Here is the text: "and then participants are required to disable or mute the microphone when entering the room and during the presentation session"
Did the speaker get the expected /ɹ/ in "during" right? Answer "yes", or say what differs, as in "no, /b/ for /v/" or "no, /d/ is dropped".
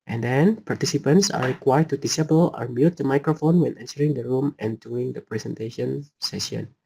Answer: no, /ɹ/ is dropped